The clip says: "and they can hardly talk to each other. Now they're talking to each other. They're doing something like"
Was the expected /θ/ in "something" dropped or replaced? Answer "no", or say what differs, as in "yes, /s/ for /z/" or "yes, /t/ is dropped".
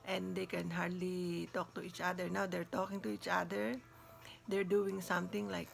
yes, /t/ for /θ/